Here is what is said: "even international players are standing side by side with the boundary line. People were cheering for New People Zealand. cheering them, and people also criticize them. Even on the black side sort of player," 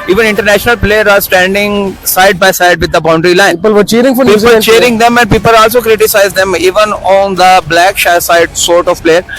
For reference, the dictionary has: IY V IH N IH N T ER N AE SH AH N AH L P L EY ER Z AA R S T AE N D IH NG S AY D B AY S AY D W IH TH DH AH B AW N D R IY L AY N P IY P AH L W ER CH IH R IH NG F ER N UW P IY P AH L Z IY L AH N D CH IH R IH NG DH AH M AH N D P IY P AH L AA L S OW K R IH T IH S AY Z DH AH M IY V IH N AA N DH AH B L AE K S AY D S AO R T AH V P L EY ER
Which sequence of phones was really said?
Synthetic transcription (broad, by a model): IY V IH N IH N T ER N AE SH AH N AH L P L EY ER AA R S T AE N D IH NG S AY D B AY S AY D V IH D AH B AW N D R IY L AY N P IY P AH L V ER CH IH R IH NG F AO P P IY AH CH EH R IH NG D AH M AH N D P IY P AH L AA L S OW K R IH T IH S AY Z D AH M IY V IH N AA N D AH B L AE K S AY D S AO R T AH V P L EY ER